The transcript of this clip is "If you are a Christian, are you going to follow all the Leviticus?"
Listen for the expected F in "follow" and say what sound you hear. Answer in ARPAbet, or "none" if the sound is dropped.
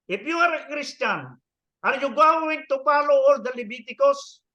P